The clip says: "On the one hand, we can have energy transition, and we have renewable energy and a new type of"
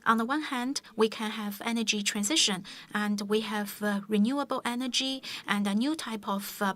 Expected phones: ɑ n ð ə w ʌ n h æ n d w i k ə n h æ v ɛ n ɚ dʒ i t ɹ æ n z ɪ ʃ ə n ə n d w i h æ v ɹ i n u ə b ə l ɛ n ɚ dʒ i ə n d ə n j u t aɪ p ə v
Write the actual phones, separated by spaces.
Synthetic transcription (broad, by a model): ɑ n ð ə w ʌ n h æ n d w i k ə n h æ v ɛ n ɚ dʒ i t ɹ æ n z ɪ ʃ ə n ə n d w i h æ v ɹ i n u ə b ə l ɛ n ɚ dʒ i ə n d ə n j u t aɪ p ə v